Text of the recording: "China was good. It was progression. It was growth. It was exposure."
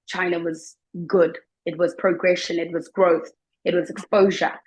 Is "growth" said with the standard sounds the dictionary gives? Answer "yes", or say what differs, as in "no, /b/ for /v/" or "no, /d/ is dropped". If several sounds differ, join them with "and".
yes